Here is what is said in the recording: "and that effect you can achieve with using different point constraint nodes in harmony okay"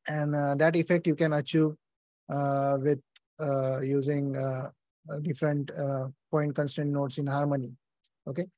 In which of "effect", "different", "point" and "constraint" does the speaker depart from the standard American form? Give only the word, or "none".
constraint